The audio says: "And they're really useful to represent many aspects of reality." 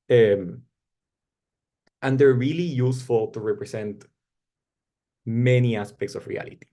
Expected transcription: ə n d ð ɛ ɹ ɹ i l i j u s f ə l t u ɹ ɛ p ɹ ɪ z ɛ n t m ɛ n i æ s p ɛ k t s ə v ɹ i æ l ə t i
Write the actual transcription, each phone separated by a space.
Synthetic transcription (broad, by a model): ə n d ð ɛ ɹ ɹ i l i j u s f ə l t u ɹ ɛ p ɹ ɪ s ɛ n t m ɛ n i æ s p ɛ k t s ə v ɹ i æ l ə t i